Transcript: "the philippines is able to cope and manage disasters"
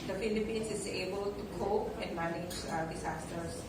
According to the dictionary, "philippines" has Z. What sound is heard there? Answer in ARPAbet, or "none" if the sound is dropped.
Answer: S